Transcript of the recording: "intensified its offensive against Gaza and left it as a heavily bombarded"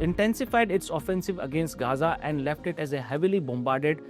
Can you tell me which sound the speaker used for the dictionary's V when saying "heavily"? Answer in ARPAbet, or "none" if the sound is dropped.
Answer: V